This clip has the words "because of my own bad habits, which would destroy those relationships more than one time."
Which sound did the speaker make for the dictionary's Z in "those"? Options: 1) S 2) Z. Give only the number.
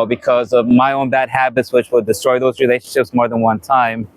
2